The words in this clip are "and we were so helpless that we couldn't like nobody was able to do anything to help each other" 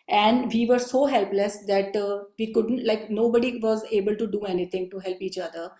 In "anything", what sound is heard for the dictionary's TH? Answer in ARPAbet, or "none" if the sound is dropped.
T